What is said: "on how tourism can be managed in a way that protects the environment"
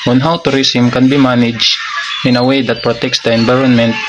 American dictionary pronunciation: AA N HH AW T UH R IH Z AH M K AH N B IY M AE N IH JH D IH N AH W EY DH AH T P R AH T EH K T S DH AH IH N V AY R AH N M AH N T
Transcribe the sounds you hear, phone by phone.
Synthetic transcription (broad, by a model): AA N HH AW T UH R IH S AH M K AH N B IY M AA N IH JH IH N AH W EY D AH T P R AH T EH K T S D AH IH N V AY R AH N M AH N T